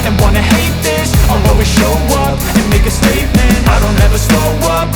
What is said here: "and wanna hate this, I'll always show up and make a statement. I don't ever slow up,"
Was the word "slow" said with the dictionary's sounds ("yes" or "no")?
no